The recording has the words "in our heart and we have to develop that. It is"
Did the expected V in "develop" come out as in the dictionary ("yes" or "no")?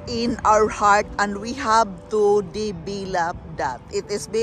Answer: no